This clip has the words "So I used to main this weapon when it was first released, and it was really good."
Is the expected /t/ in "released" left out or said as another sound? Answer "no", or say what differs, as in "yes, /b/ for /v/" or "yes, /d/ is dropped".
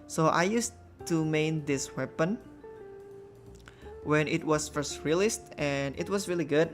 no